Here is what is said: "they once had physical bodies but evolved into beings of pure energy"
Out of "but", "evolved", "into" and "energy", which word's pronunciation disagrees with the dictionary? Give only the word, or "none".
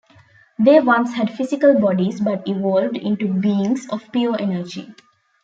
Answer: none